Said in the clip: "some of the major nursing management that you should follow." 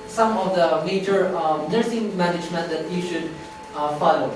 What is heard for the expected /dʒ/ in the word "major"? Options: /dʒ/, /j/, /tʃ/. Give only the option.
/tʃ/